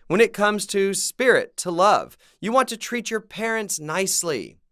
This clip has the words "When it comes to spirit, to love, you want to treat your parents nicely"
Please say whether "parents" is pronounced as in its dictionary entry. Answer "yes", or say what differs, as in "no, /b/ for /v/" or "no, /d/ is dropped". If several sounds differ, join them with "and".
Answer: yes